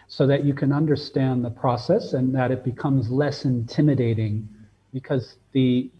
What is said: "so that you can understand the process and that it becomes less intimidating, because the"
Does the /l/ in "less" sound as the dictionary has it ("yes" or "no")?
yes